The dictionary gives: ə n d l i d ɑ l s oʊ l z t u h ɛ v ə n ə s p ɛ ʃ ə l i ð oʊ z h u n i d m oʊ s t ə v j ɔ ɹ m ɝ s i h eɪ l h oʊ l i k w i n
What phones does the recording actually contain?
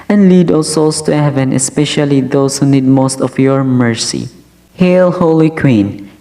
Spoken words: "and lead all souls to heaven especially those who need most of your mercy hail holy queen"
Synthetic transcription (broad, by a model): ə n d l i d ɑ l s oʊ l s t u h ɛ v ə n ə s p ɛ ʃ ə l i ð oʊ s h u n i d m oʊ s t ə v j ɔ ɹ m ɝ s i h eɪ l h oʊ l i k w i n